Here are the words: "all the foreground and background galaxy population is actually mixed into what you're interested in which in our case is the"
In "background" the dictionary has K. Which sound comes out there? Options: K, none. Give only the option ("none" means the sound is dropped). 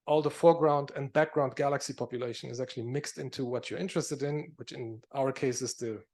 K